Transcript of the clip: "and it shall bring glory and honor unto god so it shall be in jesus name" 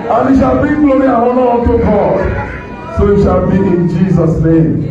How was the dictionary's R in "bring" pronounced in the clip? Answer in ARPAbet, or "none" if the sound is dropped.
none